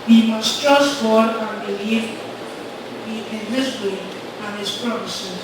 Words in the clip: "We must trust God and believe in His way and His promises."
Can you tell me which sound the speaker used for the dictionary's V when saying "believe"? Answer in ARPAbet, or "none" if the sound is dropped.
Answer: B